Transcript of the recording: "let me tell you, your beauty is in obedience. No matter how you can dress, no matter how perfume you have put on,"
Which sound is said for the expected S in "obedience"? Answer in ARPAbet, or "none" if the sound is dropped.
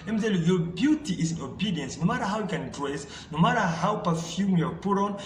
S